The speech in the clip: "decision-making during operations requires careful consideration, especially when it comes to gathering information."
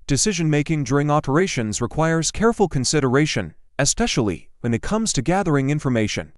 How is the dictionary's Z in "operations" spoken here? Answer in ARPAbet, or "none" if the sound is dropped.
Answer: Z